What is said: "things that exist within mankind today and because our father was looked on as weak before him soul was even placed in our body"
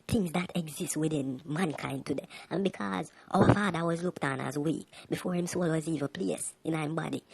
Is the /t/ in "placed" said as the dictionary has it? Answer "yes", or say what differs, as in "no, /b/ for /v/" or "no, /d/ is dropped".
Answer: no, /t/ is dropped